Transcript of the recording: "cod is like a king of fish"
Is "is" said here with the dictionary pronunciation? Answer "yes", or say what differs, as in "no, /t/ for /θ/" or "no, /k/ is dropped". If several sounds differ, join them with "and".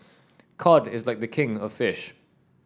yes